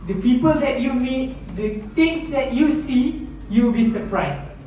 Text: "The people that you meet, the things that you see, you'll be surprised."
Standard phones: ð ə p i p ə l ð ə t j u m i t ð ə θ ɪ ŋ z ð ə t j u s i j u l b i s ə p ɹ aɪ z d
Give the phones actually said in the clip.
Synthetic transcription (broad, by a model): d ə p i p ə l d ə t j u m i t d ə t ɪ ŋ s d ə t j u s i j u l b i s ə p ɹ aɪ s